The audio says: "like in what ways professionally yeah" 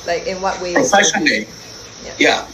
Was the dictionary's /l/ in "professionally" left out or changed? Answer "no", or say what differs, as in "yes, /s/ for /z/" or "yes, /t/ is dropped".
yes, /l/ is dropped